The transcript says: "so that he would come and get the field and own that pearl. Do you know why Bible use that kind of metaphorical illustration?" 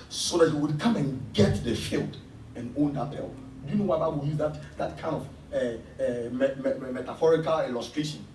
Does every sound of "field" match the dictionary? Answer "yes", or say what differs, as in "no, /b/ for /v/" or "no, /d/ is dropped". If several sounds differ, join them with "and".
yes